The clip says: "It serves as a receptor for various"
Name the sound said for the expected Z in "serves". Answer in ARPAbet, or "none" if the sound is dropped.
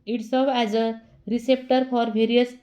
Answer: none